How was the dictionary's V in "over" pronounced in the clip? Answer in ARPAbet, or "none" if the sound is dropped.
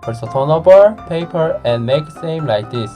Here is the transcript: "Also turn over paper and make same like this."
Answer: B